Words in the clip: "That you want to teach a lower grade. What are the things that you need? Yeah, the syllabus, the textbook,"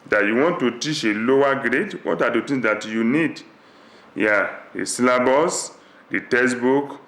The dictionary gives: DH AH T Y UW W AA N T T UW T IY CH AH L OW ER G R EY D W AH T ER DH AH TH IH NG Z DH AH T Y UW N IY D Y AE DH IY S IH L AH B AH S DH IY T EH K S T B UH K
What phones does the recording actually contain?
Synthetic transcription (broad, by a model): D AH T Y UW W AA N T T UW T IY CH AH L OW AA G R EY D W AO T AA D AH T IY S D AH T Y UW N IY D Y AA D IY S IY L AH B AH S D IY T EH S B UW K